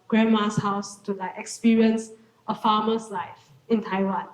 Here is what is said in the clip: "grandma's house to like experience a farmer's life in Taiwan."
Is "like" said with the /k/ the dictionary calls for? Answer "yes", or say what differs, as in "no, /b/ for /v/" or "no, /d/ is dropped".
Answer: no, /k/ is dropped